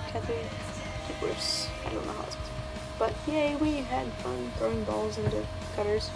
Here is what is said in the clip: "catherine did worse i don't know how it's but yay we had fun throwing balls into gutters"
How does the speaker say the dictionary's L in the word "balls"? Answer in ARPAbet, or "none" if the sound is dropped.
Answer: L